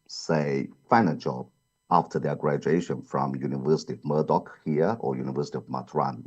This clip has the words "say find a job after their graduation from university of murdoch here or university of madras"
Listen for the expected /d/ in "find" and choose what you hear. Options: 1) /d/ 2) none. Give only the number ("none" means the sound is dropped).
2